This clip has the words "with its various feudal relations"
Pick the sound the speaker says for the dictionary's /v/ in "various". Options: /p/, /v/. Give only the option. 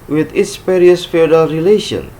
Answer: /p/